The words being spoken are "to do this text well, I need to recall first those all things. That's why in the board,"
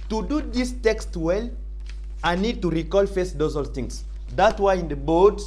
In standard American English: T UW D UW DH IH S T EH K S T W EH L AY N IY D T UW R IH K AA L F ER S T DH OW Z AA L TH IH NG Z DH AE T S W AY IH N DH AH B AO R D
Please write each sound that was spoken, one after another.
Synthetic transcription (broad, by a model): T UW D UW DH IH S T EH K S T W EH L AY N IY D T UW R IH K AA L F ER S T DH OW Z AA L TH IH NG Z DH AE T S W AY IH N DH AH B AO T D